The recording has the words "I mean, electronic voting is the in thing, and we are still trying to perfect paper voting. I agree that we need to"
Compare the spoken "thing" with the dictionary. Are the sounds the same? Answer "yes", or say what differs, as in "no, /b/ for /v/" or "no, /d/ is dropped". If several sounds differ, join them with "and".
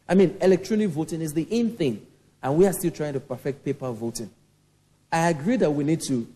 yes